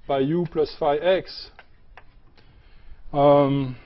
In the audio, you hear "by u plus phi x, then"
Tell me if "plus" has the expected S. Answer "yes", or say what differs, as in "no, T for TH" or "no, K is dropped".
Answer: yes